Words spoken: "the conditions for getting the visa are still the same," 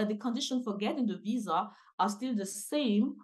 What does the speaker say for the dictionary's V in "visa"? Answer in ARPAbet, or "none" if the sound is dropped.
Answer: V